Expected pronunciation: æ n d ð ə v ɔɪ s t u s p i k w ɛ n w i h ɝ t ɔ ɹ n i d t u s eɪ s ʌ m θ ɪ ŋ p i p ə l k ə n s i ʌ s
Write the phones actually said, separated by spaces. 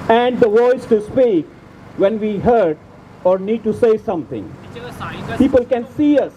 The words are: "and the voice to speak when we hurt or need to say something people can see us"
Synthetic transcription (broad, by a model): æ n d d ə v ɔɪ s t u s p i k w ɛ n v i h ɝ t ɔ ɹ n i d t u s eɪ s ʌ m t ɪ ŋ p i p ə l k ə n s i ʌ s